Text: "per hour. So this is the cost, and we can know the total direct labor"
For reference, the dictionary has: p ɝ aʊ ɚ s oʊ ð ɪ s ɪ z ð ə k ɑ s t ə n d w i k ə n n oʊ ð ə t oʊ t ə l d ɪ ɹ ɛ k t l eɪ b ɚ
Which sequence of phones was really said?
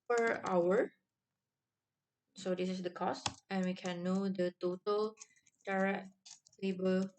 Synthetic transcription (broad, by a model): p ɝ aʊ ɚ s oʊ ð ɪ s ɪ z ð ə k ɑ s t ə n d w i k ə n n oʊ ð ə t oʊ t ə l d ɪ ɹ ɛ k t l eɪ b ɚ